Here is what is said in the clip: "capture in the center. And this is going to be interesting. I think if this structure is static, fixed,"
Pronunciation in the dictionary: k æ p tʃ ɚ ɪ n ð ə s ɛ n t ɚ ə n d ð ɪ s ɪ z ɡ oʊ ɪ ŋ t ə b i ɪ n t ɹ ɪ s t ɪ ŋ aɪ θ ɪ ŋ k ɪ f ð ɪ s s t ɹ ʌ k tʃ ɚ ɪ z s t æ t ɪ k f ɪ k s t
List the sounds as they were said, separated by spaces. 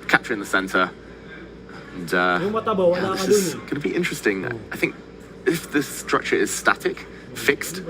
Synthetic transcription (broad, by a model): k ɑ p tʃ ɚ ɪ n ð ə s ɛ n t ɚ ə n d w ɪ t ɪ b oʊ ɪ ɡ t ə b i ɪ n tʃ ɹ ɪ s t ɪ ŋ aɪ θ ɪ ŋ k ɪ f ð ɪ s s t ɹ ʌ k tʃ ɚ ɪ z s t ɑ t ɪ k f ɪ k s t